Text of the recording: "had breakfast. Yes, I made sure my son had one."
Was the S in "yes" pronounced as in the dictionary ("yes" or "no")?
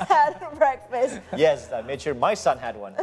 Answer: yes